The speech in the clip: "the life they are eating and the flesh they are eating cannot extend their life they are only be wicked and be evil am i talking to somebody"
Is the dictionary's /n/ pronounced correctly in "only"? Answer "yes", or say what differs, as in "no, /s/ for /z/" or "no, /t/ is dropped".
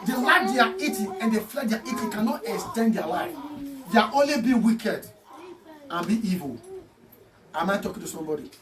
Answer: yes